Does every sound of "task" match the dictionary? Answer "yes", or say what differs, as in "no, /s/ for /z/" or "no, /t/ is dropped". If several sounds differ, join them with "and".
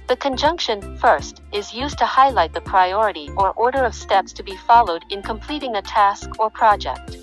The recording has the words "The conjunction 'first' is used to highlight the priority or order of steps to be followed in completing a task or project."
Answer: yes